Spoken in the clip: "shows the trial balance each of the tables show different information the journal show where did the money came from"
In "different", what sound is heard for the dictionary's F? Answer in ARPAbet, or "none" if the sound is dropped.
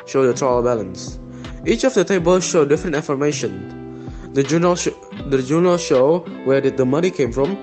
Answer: F